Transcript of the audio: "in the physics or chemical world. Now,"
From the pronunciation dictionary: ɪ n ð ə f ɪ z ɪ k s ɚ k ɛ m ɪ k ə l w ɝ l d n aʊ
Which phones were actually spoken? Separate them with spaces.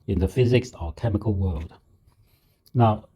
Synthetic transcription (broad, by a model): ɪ n ð ə f ɪ z ɪ k s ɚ k ɛ m ɪ k ə l w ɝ l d n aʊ